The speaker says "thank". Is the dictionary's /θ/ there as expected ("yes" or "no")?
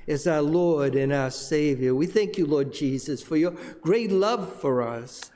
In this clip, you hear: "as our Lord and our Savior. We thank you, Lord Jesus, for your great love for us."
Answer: yes